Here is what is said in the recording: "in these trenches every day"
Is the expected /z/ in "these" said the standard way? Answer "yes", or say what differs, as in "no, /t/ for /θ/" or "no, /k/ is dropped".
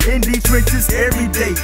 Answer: no, /z/ is dropped